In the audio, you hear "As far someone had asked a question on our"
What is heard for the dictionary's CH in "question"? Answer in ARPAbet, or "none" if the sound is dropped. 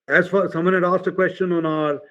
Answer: CH